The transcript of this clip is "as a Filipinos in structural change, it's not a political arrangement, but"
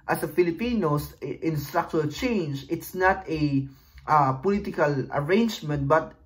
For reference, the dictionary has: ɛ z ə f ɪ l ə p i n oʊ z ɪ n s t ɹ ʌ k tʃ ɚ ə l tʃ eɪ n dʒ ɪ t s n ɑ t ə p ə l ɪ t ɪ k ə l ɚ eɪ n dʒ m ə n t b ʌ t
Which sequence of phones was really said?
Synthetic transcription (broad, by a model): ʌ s ə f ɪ l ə p i n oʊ s ɪ n s t ɹ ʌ k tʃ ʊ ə l tʃ eɪ n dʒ ɪ t s n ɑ t ə p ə l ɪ t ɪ k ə l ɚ eɪ n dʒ m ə n t b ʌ t